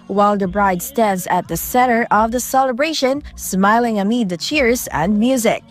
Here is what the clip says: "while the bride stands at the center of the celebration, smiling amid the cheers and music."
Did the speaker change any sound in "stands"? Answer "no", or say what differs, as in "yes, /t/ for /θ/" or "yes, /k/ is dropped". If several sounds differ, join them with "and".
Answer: no